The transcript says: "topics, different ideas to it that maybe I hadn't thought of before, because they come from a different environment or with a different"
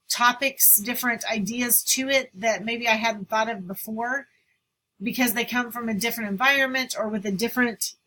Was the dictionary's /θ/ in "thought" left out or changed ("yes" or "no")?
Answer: no